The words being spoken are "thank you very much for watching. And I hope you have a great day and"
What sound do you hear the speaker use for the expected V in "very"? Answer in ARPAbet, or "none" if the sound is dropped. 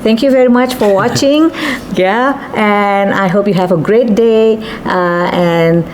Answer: V